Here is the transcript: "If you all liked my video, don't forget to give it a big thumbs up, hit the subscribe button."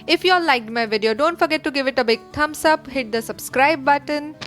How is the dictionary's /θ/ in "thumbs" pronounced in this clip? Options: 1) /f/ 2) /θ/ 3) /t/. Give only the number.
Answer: 3